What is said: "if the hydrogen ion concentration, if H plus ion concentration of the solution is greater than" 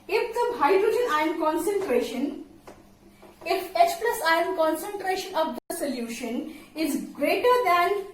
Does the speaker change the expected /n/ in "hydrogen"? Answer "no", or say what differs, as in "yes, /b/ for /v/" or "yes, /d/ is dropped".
no